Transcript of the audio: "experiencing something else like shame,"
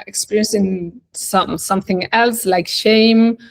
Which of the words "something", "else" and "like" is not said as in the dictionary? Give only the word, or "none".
none